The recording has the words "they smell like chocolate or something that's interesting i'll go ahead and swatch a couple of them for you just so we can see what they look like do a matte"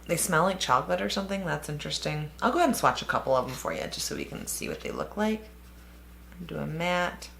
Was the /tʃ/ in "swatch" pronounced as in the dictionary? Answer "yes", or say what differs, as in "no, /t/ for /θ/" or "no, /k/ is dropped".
yes